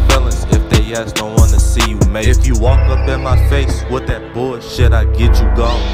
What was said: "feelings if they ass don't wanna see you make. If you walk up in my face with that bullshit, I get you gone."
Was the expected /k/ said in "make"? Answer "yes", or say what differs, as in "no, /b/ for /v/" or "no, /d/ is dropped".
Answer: no, /k/ is dropped